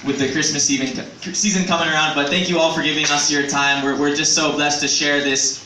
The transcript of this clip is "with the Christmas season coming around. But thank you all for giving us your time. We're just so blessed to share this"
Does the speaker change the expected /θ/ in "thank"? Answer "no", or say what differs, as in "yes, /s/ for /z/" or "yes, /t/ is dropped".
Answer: no